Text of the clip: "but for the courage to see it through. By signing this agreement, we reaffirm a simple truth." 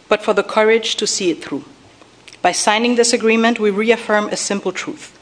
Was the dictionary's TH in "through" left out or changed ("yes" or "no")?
no